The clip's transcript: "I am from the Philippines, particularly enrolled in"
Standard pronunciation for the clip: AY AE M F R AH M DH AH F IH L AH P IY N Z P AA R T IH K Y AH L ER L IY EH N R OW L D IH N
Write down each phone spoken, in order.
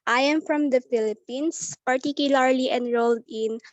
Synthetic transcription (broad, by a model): AY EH M F R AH M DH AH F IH L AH P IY N S P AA R T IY K Y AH L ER L IY EH N R OW L D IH N